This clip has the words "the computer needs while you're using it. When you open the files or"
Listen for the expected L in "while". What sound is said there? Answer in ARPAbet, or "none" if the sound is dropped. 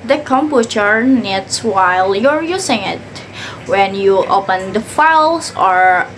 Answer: L